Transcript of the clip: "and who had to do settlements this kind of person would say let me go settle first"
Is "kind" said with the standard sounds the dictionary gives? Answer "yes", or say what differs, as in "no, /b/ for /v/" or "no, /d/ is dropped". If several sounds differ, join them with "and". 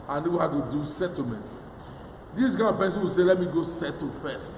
no, /d/ is dropped